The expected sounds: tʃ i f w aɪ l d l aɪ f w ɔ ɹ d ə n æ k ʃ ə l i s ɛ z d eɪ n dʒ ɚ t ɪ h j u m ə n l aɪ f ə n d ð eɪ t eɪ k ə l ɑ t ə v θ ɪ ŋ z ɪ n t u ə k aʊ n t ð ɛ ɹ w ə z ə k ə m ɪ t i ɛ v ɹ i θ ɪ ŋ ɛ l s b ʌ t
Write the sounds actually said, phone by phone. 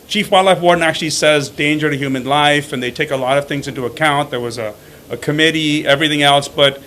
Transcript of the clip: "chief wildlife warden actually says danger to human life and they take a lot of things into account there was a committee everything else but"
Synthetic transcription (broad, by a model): tʃ i f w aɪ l l aɪ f w ɔ ɹ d n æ k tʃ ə l i s ɛ z d eɪ n dʒ ɚ t ɪ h j u m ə n l aɪ f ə n ð eɪ t eɪ k ə l ɑ t ə v θ ɪ ŋ z ɪ n t u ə k aʊ n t ð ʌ ɹ w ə z ə k ə m ɪ t i ɛ v ɹ i θ ɪ ŋ ɛ l s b ʌ t